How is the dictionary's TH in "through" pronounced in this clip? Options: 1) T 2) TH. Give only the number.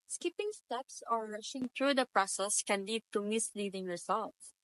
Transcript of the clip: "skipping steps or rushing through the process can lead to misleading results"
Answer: 1